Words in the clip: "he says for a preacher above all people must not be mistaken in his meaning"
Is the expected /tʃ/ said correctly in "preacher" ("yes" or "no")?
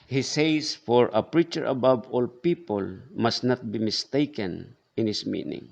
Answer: yes